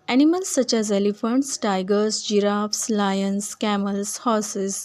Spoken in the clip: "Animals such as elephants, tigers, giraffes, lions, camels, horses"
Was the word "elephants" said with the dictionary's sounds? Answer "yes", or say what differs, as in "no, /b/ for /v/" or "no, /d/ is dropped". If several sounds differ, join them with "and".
yes